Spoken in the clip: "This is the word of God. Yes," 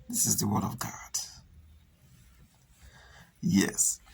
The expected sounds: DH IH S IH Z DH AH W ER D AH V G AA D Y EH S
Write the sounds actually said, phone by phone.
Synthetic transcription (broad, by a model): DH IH S IH Z DH AH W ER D AH V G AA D Y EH S